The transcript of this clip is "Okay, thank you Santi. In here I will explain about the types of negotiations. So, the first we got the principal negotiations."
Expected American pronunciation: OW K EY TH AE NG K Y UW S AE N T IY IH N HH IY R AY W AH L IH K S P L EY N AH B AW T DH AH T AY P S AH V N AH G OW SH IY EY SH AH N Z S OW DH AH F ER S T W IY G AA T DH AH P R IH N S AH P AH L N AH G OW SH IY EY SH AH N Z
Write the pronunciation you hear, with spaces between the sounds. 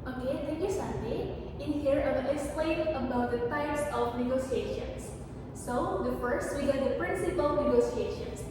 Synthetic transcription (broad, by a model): OW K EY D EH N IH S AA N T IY IH N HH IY R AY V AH N IH K S P L EY N AH B AW T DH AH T AY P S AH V N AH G OW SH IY EY SH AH N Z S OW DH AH F ER S T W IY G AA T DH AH P R IH N S AH P AH L N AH G OW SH IY EY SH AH N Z